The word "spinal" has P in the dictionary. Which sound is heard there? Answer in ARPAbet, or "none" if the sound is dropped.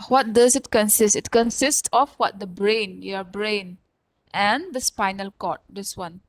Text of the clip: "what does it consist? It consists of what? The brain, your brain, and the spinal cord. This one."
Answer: P